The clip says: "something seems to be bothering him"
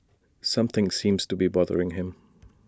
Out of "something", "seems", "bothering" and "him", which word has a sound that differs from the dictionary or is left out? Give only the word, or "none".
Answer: none